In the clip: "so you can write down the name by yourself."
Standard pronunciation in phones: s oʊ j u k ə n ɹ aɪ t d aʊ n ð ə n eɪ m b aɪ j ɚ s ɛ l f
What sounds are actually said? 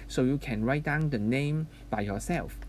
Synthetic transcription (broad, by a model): s oʊ j u k ə n ɹ aɪ t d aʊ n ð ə n eɪ m b aɪ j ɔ s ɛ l f